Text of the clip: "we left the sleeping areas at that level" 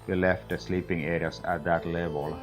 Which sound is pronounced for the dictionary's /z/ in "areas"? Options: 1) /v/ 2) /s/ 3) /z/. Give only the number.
2